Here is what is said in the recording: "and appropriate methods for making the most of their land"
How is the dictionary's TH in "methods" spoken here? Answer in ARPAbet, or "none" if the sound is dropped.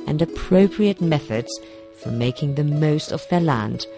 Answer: TH